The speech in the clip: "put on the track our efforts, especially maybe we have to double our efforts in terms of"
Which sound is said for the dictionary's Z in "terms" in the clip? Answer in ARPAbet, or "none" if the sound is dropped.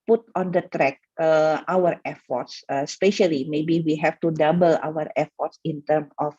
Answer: none